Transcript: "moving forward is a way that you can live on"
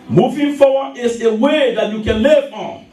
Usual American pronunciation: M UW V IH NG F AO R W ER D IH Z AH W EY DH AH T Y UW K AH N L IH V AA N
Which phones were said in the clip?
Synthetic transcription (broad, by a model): M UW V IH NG F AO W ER IH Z AH W EY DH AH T Y UW K AH N L IH V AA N